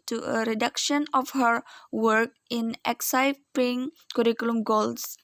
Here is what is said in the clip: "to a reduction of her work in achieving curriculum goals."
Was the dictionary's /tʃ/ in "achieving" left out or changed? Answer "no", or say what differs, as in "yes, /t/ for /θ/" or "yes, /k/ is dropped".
yes, /s/ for /tʃ/